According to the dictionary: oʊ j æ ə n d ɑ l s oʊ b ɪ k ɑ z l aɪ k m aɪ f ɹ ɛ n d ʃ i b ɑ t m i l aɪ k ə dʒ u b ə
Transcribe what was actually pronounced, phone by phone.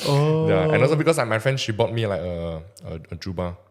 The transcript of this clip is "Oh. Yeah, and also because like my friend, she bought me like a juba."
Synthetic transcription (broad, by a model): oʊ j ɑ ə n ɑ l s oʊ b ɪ k ɑ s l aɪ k m aɪ f ɹ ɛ n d ʃ i b ɑ t m i l aɪ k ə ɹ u b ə